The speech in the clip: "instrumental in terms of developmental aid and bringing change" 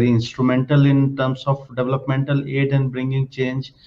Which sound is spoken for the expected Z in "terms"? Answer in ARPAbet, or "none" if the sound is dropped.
S